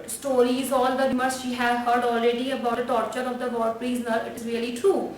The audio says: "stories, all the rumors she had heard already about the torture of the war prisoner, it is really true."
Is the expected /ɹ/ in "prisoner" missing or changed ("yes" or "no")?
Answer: yes